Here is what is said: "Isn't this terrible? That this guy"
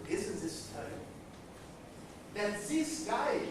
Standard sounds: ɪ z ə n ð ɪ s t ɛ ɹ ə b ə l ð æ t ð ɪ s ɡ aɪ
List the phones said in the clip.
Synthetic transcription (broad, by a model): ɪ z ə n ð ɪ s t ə ə n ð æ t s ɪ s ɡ aɪ